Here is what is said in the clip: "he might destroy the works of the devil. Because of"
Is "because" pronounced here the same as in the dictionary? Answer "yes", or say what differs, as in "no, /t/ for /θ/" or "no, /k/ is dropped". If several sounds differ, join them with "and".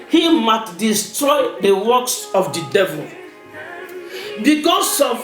no, /s/ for /z/